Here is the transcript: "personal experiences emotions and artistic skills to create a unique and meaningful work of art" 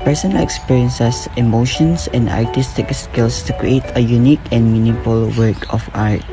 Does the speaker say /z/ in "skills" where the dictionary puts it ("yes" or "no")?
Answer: no